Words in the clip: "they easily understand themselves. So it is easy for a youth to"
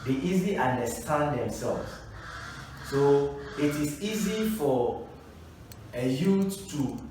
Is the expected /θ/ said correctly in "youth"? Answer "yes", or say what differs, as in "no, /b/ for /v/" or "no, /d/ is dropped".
no, /t/ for /θ/